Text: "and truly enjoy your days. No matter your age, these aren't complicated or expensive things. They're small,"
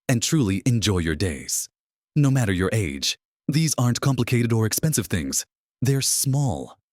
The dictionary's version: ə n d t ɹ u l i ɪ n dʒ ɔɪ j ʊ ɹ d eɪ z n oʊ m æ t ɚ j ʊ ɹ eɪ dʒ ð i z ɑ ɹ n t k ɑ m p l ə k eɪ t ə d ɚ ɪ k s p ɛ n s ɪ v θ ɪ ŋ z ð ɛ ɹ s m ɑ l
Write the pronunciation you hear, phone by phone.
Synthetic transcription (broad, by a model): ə n t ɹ u l i ɪ n dʒ ɔɪ j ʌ ɹ d eɪ z n oʊ m æ t ɚ j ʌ ɹ eɪ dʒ ð i z ɑ ɹ n k ɑ m p l ə k eɪ t ə d ɚ ɪ k s p ɛ n s ɪ v θ ɪ ŋ z ð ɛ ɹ s m ɑ l